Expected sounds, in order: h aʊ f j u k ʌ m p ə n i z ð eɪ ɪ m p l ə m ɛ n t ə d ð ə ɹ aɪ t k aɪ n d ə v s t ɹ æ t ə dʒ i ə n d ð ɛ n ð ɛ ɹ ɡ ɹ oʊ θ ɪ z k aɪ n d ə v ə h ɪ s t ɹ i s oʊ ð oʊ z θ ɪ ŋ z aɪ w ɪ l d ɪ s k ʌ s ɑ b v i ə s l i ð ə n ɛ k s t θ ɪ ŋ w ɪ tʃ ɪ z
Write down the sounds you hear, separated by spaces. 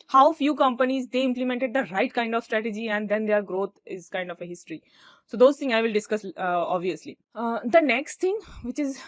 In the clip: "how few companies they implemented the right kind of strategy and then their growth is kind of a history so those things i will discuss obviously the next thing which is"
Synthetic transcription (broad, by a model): h aʊ f j u k ʌ m p ə n i z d eɪ ɪ m p l ə m ɛ n t ə d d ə ɹ aɪ t k aɪ n d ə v s t ɹ æ t ə dʒ i ə n d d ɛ n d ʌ ɹ ɡ ɹ oʊ t ɪ z k aɪ n d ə f ə h ɪ s t ɹ i s oʊ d oʊ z t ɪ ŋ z aɪ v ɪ l d ɪ s k ʌ s ɑ b v i ə s l i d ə n ɛ k s t t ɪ ŋ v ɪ tʃ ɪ z